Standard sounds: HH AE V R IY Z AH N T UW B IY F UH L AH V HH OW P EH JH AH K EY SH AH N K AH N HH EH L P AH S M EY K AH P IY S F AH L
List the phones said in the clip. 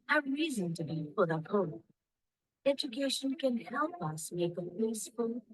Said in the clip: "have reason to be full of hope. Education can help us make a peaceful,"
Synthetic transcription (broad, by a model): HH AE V R IY Z AH N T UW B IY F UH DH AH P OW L EH JH AH K EY SH AH N K AH N HH EH L P AH S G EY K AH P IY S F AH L